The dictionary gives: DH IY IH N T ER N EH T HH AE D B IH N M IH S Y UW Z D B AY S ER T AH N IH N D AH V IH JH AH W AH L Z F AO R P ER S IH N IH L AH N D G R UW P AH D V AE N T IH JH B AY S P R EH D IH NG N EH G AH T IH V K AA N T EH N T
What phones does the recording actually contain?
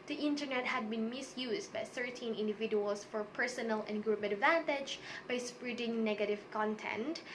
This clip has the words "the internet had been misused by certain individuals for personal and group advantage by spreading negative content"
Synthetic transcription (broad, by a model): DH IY IH N T ER N EH T HH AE D B IH N M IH S Y UW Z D B AY TH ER T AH N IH N D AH V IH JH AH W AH L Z F AO R P ER S IH N IH L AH N G R UW P AH D V AE N T IH JH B AY S P R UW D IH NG N EH G AH T IH V K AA N T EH N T